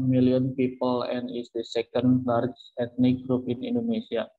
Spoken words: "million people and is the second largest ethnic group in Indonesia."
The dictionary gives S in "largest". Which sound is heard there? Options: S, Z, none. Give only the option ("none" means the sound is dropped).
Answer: none